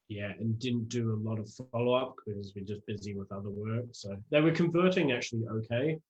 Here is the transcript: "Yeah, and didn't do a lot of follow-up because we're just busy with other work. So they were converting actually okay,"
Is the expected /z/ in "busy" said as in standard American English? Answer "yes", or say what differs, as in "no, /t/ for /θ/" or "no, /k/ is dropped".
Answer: yes